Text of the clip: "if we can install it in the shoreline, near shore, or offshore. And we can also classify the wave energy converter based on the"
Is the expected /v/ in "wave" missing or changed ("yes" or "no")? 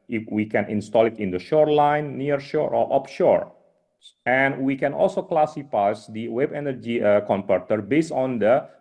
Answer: yes